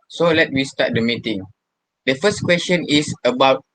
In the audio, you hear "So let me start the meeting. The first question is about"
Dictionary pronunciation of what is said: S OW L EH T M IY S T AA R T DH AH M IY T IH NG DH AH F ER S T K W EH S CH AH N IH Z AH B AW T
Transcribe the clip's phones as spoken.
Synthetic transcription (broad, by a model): S OW L EH T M IY S T AA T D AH M IY T IH NG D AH F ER S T K W EH S CH AH N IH S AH B AW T